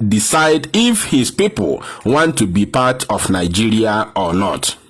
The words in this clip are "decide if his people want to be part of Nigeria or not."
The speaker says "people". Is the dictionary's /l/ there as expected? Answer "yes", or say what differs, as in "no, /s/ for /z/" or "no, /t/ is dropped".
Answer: yes